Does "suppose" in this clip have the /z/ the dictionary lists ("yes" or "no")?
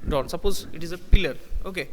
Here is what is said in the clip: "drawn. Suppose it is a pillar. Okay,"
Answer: yes